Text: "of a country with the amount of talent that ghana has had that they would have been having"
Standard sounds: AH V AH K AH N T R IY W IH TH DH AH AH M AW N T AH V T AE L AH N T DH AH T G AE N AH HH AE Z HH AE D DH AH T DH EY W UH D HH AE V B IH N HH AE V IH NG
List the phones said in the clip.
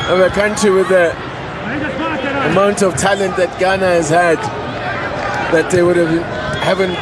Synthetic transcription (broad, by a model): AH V AH K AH N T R IY W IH DH AH AH M AW N T AH V T AE L AH N T DH AH T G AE N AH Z HH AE D DH AH T DH EY W UH D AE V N HH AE V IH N